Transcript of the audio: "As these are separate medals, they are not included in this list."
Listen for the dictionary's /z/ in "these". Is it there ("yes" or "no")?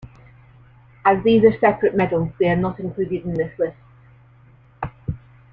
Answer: yes